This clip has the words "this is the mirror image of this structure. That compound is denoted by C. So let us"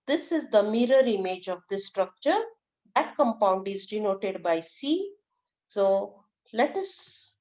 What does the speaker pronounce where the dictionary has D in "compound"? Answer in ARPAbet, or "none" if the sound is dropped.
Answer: D